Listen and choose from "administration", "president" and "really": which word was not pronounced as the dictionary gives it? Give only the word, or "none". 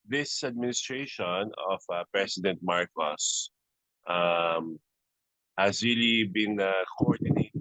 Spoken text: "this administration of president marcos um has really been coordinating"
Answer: president